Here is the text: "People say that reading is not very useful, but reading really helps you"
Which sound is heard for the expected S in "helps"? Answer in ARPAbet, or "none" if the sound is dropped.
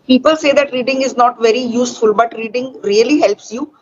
S